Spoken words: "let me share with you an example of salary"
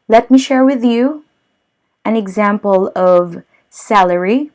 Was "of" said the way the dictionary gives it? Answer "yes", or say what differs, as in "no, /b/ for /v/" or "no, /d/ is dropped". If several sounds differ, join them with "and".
yes